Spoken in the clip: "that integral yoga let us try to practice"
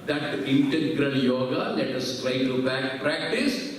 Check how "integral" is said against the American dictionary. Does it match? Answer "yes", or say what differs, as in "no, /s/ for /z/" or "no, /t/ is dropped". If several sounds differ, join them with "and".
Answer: no, /n/ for /l/